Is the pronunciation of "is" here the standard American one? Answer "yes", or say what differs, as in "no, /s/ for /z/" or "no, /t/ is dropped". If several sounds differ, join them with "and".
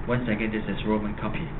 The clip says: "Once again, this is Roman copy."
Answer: no, /s/ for /z/